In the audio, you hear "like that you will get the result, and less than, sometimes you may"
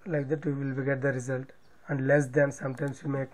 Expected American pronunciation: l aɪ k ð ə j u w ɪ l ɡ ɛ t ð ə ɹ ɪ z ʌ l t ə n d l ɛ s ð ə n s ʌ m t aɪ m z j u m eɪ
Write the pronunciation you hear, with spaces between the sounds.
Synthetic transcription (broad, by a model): l aɪ k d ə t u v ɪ l ɡ ɛ t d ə ɹ ɪ z ʌ l t ə n d l ɛ s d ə n s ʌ m t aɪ m s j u m eɪ